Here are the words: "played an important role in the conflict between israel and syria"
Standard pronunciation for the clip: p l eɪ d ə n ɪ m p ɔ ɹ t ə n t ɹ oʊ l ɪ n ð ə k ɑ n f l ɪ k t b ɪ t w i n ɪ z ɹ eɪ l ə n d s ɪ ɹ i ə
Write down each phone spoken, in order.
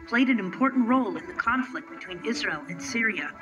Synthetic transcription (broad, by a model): p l eɪ d ə n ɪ m p ɔ ɹ t n t ɹ oʊ l ɪ n ð ə k ɑ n f l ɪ k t b ɪ t w i n ɪ z ɹ eɪ l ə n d s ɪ ɹ i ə